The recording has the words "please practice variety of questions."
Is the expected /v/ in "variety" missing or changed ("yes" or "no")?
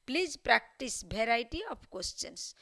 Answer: yes